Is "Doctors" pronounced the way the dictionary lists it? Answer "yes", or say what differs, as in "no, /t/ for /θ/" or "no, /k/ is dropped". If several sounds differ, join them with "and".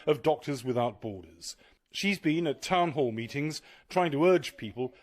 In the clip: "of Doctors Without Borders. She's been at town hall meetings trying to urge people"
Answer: yes